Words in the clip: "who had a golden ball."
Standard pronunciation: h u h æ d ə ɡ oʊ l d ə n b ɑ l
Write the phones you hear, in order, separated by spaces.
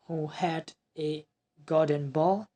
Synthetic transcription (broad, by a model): h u h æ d ə ɡ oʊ d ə n b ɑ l